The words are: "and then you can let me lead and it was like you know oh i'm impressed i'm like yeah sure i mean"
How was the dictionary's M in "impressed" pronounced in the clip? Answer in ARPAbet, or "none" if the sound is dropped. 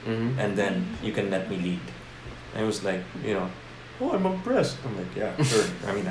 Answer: none